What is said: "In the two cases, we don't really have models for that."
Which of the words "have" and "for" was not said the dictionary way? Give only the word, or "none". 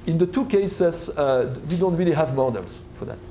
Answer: none